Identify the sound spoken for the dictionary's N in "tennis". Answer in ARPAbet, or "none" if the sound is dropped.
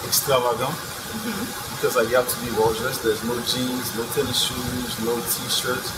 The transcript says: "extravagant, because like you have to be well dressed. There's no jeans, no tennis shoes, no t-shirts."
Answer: L